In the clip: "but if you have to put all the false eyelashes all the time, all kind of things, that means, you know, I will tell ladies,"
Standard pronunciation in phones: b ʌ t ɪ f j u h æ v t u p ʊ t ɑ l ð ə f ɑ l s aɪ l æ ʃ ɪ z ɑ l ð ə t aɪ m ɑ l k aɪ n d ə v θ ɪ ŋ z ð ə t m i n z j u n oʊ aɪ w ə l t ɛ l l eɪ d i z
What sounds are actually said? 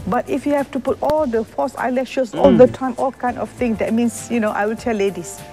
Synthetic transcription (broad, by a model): b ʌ t ɪ f j u h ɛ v t u p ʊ t ɑ l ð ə f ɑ s aɪ l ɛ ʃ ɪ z ɑ l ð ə t aɪ m ɑ l k aɪ n d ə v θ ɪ ŋ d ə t m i n s j u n oʊ aɪ w ə l t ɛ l l eɪ d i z